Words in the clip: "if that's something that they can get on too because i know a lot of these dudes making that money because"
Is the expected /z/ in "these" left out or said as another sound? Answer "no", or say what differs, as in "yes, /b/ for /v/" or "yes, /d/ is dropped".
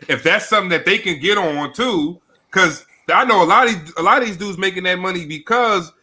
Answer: no